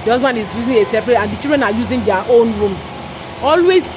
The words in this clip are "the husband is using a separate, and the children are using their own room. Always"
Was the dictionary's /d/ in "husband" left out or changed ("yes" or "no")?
yes